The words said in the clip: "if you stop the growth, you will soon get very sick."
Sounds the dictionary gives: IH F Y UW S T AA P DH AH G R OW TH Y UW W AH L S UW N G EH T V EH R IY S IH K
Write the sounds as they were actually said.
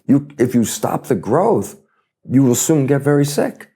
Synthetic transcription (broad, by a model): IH F Y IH S T AA P DH AH G R OW TH Y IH W AH L S UW N G EH T V EH R IY S IH K